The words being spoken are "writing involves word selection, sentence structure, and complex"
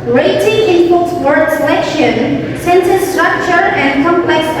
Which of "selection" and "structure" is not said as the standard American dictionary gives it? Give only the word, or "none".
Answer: none